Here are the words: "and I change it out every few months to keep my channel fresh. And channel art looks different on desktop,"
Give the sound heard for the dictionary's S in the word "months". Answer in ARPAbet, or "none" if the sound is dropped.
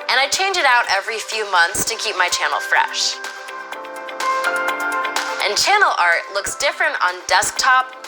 S